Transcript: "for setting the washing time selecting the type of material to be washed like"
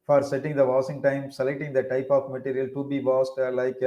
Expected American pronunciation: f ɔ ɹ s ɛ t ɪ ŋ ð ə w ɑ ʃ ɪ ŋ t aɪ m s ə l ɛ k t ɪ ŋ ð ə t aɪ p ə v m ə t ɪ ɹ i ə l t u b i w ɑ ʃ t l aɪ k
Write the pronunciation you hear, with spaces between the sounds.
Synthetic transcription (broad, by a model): f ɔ ɹ s ɛ t ɪ ŋ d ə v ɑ s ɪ ŋ t aɪ m s ə l ɛ k t ɪ ŋ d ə t aɪ p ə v m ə t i ɹ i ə l t u b i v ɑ s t l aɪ k